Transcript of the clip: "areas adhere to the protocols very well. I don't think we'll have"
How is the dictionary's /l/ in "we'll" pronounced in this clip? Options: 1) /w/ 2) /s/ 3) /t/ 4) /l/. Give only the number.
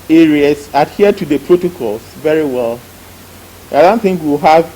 1